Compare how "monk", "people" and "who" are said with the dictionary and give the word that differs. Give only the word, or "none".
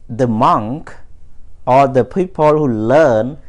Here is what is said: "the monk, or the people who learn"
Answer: none